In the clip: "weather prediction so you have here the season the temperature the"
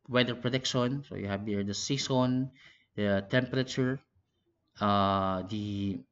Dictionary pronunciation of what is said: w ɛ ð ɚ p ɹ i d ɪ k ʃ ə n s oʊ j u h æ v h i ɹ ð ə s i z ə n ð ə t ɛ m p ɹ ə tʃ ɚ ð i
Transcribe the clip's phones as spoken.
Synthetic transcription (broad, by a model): w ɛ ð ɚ p ɹ i d ɪ k ʃ ə n s oʊ j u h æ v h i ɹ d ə s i s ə n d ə t ɛ m p ɹ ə tʃ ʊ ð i